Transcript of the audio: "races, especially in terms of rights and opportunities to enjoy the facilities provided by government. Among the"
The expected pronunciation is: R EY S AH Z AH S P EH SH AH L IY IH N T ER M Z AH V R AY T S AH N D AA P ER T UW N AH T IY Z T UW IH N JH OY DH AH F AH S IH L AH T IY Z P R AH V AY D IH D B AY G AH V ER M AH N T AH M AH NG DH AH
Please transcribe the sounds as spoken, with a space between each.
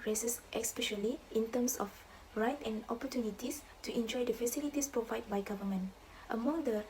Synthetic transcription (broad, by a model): R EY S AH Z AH S P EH SH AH L IY IH N T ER M S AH F R AY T AH N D AA P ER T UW N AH T IY S T UW IH N JH OY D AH F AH S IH L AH T IY S P R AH V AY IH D B AY G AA V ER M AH N T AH M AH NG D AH